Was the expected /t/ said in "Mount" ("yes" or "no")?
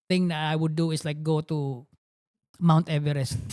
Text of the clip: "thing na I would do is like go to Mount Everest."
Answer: yes